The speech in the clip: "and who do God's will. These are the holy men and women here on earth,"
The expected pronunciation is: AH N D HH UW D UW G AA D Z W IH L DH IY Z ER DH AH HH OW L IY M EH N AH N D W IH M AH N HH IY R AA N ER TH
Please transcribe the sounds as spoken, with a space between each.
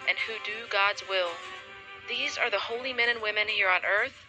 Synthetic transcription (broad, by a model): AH N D HH UW D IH G AA D Z W IH L DH IY Z ER DH AH HH OW L IY M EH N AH N W IH M AH N HH IY R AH N ER TH